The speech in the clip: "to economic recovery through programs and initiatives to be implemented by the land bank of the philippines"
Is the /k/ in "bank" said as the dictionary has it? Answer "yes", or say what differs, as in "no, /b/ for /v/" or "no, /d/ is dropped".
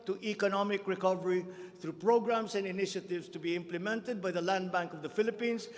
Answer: yes